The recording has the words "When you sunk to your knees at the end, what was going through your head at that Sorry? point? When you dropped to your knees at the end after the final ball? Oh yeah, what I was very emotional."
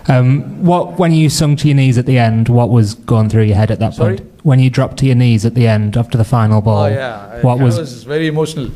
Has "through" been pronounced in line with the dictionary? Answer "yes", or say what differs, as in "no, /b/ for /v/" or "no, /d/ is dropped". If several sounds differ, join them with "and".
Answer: yes